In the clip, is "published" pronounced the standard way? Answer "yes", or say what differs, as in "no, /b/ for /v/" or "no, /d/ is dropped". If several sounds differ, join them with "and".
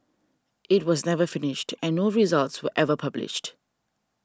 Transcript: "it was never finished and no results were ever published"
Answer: yes